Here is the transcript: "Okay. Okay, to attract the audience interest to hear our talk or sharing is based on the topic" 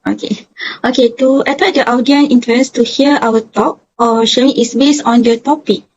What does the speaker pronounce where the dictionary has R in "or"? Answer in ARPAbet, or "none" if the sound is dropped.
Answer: W